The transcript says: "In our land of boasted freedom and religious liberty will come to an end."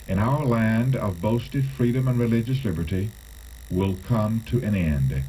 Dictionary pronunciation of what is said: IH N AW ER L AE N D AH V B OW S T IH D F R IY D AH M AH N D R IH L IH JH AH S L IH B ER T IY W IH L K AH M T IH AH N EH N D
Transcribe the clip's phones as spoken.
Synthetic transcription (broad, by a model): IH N AW ER L AE N D AH V B OW S T IH D F R IY D AH M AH N R IH L IH JH AH S L IH B ER T IY W IH L K AH M T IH AH N EH N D